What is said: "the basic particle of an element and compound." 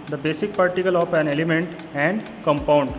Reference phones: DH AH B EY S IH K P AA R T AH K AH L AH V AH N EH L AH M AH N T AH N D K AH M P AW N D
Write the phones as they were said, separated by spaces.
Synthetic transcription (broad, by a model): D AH B EY S IH K P AA R T AH K AH L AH P AH N EH L AH M AH N T AH N D K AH M P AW N D